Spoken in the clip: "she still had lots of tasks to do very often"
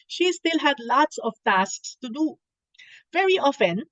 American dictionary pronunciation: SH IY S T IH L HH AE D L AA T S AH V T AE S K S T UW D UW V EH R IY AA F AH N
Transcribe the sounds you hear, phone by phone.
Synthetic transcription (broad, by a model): SH IY S T IH L HH AE D L AA T S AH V T AE S K S T UW D UW V EH R IY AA F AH N